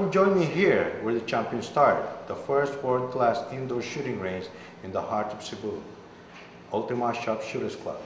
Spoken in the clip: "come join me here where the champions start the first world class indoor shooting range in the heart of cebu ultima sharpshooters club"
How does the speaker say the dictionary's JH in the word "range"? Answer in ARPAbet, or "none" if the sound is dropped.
Z